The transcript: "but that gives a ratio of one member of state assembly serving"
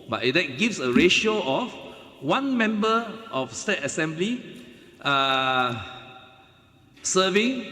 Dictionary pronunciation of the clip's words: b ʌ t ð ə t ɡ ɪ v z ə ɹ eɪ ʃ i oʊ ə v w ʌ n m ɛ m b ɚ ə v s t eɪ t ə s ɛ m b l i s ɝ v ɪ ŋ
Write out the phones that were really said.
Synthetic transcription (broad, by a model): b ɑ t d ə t ɡ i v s ə ɹ eɪ ʃ i oʊ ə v w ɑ n m ɛ m b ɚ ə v s t eɪ t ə s ɛ m b l i s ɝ v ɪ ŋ